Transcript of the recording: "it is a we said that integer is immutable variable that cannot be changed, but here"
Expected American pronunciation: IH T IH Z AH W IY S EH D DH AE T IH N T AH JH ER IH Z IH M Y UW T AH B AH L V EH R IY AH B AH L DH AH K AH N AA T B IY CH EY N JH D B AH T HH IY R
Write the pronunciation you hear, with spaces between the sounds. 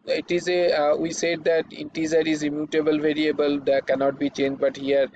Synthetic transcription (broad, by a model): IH T IH Z AH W IY S EH D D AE T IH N T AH Z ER IH Z IH M Y UW T AH B AH L V EH R IY AH B AH L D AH K AH N AA T B IY CH EY N JH D B AH T HH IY R